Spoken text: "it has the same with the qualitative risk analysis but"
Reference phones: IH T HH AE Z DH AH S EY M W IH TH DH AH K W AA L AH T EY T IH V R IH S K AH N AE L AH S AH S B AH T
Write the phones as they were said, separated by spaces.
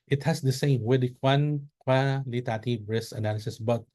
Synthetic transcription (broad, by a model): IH T HH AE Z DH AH S EY M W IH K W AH K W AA L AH T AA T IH B R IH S AH N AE L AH S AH S B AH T